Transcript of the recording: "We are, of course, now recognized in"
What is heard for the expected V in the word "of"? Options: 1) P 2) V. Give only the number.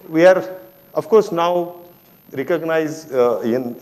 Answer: 1